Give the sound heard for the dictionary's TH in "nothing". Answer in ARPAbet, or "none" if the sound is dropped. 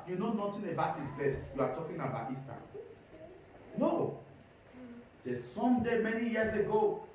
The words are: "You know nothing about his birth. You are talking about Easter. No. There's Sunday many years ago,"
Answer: T